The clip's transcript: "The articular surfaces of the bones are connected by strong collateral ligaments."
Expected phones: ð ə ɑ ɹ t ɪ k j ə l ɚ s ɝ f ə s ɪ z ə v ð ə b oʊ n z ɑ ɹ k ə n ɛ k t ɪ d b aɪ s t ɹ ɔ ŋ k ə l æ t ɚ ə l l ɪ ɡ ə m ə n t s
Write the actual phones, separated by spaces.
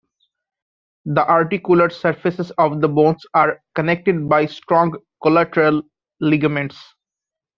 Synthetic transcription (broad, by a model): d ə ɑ ɹ t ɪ k j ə l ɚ s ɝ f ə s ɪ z ə v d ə b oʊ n s ɑ ɹ k ə n ɛ k t ɪ d b aɪ s t ɹ ɔ ŋ k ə l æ t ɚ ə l l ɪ ɡ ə m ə n t s